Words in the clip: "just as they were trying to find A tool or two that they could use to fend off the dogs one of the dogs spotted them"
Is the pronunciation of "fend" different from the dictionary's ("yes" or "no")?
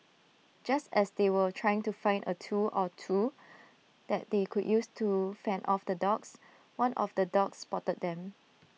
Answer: yes